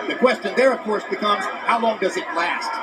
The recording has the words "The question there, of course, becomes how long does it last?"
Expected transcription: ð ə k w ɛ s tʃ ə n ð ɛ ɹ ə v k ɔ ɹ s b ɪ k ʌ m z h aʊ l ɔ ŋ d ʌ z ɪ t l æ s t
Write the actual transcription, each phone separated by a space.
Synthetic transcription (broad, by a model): ð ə k w ɛ s tʃ ə n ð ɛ ɹ ə v k ɔ ɹ s b ɪ k ʌ m z h aʊ l ɔ ŋ d ʌ z ɪ t l æ s t